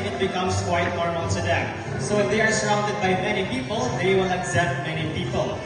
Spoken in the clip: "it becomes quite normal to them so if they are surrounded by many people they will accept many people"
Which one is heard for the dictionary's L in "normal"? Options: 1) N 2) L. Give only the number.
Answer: 1